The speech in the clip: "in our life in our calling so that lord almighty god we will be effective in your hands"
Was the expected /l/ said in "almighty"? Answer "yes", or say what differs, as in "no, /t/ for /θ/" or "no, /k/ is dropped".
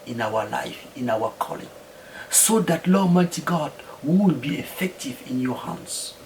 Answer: no, /l/ is dropped